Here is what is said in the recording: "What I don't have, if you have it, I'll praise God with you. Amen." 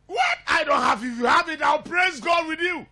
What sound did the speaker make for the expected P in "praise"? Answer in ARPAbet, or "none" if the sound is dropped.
P